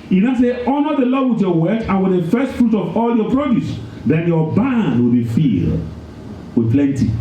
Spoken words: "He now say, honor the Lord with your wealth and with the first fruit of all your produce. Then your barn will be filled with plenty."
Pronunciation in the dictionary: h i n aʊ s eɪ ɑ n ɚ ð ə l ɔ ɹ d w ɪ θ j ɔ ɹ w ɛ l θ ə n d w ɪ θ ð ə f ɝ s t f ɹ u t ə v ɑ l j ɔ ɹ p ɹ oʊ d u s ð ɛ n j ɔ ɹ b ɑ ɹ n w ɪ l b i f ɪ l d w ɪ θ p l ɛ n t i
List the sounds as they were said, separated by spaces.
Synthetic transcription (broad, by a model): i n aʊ s eɪ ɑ n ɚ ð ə l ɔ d w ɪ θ j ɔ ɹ w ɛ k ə n w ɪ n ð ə f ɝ s t f ɹ u t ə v ɑ l j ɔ p ɹ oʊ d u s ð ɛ n j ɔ b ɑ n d w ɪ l b i f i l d w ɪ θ p l ɛ n t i